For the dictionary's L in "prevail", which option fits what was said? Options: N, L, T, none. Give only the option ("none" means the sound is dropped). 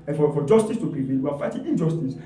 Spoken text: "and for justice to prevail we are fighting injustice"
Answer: N